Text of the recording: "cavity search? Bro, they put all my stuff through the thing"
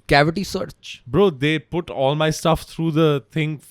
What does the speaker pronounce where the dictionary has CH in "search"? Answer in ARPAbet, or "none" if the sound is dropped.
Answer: CH